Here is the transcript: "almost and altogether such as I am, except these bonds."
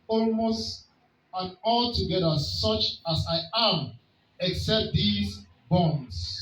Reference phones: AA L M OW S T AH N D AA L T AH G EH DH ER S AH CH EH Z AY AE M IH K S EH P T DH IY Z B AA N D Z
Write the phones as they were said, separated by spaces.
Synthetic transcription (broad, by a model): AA L M OW S T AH N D AA L T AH G EH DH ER S AH CH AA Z AY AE M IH K S EH P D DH IY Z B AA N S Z